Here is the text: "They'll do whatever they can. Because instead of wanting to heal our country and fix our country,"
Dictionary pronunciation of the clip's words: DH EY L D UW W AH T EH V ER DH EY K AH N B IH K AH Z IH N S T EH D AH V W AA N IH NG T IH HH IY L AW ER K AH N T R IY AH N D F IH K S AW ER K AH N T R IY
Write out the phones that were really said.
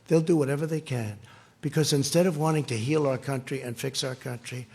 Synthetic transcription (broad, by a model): DH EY L D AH W AH T EH V ER DH EY K AH N B IH K AH Z IH N S T EH D AH V W AA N IH NG T IH HH IY L AW ER K AH N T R IY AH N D F IH K S AW ER K AH N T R IY